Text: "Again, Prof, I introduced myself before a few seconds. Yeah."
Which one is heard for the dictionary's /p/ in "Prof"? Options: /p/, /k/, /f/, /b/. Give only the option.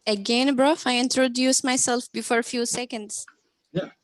/b/